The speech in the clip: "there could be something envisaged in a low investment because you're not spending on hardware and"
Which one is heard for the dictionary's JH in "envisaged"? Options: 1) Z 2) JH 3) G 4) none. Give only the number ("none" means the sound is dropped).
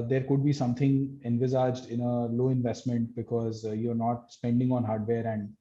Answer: 2